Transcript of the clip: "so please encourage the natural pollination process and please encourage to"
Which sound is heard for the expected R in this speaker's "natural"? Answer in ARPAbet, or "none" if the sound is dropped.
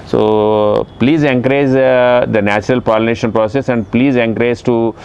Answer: R